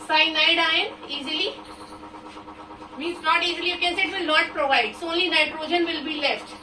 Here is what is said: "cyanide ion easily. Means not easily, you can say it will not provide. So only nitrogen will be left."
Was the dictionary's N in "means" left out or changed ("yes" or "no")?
yes